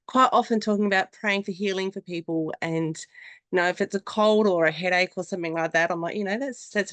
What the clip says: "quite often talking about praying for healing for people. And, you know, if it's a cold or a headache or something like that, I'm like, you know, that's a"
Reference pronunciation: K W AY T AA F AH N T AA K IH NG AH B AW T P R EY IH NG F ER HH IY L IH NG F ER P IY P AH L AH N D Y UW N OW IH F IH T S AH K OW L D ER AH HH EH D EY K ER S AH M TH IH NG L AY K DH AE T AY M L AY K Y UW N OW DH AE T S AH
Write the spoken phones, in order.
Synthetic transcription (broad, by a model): K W AY T AA F AH N T AA K IH NG AH B AW T P R EY IH NG F ER HH IY L IH NG F ER P IY P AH L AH N Y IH N OW IH F IH T S AH K OW L D ER AH HH EH D EY K ER S AH M TH IH NG L AY K DH AE T AY M L AY K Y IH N OW DH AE T S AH